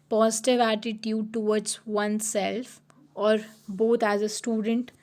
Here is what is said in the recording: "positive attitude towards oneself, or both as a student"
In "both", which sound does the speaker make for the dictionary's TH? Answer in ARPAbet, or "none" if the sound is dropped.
T